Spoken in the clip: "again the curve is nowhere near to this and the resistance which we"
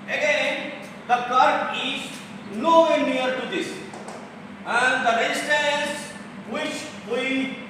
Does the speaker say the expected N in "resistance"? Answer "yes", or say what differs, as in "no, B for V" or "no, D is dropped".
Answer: no, L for N